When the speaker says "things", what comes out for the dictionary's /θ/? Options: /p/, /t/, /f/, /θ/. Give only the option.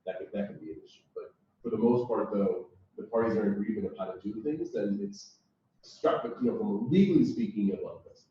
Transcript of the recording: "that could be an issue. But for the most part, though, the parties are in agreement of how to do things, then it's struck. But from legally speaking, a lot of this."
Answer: /θ/